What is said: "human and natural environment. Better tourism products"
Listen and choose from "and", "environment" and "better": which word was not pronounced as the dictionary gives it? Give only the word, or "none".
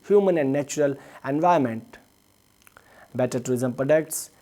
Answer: environment